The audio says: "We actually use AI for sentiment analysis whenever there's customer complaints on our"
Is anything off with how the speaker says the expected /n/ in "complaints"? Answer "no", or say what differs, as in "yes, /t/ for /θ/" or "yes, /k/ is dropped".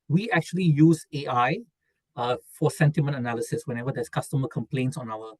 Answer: no